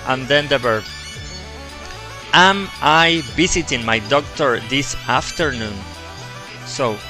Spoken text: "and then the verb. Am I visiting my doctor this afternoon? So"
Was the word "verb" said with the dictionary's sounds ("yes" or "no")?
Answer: no